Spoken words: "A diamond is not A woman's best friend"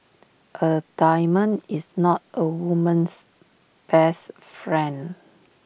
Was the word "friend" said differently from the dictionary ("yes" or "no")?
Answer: yes